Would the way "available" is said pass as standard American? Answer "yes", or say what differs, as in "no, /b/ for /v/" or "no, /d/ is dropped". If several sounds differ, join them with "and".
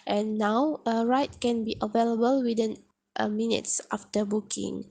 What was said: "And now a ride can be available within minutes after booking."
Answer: yes